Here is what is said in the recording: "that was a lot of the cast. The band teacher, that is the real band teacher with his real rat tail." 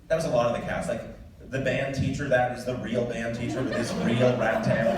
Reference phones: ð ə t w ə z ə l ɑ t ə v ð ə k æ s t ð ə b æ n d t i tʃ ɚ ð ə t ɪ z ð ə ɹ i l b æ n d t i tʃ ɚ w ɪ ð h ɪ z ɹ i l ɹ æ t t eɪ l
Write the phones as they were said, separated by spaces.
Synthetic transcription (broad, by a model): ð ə t w ə z ə l ɑ t ə v ð ə k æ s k ð ə b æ n t i tʃ ɚ ð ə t ɪ z ð ə ɹ i l b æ n t i tʃ ɚ w ɪ ð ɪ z ɹ i l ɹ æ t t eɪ